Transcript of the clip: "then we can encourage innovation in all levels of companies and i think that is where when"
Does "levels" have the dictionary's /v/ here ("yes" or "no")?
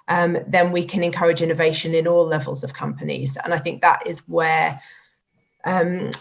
yes